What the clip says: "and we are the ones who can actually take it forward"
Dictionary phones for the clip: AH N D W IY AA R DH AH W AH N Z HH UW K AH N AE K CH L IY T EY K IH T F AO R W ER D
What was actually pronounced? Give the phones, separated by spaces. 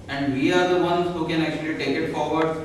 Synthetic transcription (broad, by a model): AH N D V IY AA R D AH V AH N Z HH UW K AH N AE K CH L IY T EY K IH T F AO R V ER D